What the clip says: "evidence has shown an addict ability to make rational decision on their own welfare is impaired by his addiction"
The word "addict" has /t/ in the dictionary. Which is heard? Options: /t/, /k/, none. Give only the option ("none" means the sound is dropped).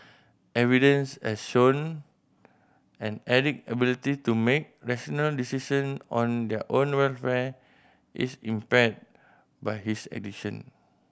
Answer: none